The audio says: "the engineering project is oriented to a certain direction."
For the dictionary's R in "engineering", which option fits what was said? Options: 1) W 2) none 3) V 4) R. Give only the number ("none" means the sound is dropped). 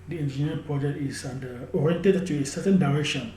2